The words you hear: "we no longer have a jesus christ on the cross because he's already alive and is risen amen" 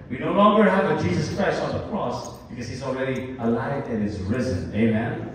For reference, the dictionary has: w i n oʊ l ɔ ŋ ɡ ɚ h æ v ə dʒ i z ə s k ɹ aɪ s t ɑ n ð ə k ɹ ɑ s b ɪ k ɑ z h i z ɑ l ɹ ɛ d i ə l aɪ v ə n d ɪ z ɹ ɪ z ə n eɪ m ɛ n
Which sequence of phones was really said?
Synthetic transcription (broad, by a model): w i n oʊ l ɔ ŋ ɡ ɚ h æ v ə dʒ i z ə s k ɹ aɪ s t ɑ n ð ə k ɹ ɑ s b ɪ k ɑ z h i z ɑ l ɹ ɛ d i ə l aɪ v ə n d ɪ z ɹ ɪ z ə n eɪ m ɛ n